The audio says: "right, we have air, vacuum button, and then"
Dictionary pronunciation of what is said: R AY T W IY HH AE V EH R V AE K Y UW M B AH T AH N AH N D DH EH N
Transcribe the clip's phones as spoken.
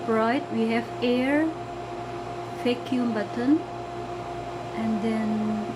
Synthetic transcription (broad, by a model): R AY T W IY HH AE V EH R F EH K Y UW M B AH T AH N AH N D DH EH N